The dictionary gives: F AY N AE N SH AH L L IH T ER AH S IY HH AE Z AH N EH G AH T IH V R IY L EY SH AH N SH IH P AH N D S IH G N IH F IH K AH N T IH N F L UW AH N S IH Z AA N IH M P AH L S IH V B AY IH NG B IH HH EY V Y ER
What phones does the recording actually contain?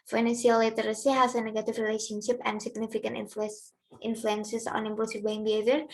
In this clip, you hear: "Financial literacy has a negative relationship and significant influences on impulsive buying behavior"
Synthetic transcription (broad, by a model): F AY N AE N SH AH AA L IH T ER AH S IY HH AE S AH N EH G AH T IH F R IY L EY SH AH N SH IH P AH N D S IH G N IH F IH K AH N T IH N F L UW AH N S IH S AA N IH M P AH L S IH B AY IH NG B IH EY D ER